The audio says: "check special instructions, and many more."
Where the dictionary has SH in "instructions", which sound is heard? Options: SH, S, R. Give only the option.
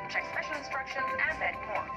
SH